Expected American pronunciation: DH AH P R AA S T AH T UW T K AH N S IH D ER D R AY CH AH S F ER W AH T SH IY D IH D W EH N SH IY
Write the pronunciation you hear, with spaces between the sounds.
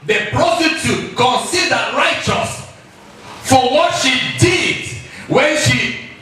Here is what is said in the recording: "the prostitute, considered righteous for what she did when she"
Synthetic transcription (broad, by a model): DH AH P R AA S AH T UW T K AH N S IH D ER R AY CH AH S F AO W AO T SH IY D IH D W EH N SH IY